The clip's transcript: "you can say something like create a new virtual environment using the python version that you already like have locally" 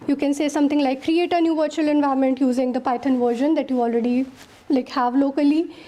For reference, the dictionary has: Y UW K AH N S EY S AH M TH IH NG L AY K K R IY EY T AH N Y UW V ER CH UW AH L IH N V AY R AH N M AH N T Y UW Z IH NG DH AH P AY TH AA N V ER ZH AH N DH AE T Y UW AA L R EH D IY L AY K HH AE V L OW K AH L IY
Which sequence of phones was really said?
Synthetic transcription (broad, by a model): Y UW K AH N S EY S AH M T IH NG L AY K K R IY EY T AH N Y UW V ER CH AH L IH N V AY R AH M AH N T Y UW Z IH NG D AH P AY T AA N V ER ZH AH N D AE T Y UW AA L R EH D IY L AY K HH AE V L OW K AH L IY